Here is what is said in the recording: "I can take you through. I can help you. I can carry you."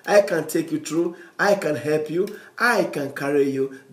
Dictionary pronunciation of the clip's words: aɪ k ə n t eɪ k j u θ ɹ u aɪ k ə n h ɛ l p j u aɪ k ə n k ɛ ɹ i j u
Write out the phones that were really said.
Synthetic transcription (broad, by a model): aɪ k ə n t eɪ k j u t ɹ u aɪ k ə n h ɛ l p j u aɪ k ə n k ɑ ɹ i j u